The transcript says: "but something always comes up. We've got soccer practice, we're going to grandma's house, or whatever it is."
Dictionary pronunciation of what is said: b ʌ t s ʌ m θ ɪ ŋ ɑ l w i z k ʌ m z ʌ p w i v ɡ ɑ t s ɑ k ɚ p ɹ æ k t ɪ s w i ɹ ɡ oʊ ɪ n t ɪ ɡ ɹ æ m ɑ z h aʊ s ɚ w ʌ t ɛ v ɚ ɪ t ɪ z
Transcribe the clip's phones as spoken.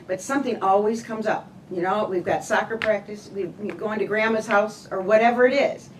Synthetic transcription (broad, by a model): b ʌ t s ʌ m θ ɪ ŋ ɑ l w i z k ʌ m z ʌ p w i v ɡ ɑ t s ɑ k ɚ p ɹ æ k t ɪ s w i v ɡ oʊ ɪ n t ɪ ɡ ɹ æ m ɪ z h aʊ s ɚ w ʌ t ɛ v ɚ ɪ t ɪ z